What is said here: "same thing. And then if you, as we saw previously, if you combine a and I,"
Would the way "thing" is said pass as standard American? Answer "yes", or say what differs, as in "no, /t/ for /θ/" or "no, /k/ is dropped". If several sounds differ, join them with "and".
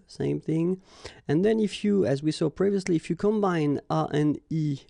yes